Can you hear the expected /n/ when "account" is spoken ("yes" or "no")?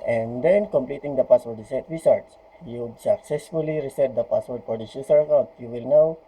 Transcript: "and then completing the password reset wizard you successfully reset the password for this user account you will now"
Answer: no